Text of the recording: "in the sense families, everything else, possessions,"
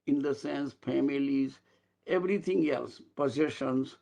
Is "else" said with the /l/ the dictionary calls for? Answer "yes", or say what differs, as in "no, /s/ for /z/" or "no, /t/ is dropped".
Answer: yes